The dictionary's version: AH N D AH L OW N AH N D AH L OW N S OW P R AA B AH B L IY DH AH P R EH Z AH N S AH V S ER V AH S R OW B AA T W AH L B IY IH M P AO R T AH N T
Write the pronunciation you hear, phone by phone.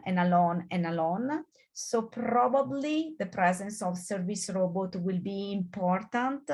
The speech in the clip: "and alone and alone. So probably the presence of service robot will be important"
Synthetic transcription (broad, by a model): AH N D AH L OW N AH N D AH L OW N S OW P R AA B AH B L IY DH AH P R EH Z AH N S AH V S ER V AH S R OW B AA T W AH L B IY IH M P AO R T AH N T